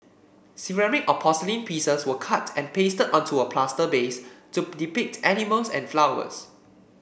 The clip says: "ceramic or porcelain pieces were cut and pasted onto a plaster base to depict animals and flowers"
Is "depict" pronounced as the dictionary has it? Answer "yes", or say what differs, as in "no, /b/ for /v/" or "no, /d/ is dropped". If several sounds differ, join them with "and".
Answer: yes